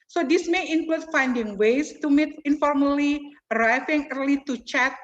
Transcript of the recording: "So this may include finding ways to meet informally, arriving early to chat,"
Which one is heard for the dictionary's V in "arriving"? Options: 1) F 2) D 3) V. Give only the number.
1